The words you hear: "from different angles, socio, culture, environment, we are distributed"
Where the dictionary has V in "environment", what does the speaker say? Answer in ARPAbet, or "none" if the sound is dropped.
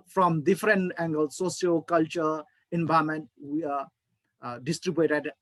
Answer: B